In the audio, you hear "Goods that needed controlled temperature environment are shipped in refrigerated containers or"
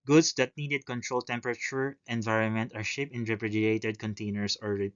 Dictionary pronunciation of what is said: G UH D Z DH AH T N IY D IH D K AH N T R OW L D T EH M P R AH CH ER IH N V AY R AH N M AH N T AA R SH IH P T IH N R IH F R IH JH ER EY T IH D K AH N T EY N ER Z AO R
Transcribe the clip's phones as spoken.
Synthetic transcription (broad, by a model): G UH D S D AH T N IY D IH D K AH N T R OW L T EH M P R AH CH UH IH N V AY R AH N M AH N T AA R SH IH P IH N R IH P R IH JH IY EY T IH D K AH N T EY N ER S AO R